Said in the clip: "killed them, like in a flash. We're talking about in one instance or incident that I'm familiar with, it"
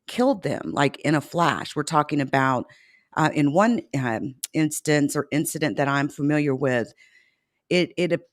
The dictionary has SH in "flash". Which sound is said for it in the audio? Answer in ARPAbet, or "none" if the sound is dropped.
SH